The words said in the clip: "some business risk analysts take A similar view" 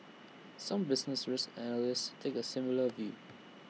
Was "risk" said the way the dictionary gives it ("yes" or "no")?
no